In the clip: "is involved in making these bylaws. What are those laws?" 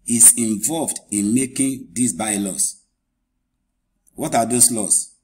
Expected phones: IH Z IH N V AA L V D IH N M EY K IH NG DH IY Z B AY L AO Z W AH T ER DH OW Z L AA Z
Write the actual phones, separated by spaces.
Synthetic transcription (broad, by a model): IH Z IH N V AA L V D IH N M EY K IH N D IY S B AY L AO S W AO T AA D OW S L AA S